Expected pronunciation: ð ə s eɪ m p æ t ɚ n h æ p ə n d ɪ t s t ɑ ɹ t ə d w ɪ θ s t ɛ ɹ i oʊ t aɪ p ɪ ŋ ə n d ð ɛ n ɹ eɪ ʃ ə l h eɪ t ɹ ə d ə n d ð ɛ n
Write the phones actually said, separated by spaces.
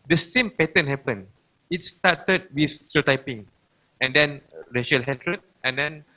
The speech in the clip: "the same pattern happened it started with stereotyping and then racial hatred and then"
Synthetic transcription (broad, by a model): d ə s eɪ m p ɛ t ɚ n h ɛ p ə n ɪ t s t ɑ t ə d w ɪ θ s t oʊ t aɪ p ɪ ŋ ə n d ɛ n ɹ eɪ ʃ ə l h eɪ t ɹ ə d ə n d ɛ n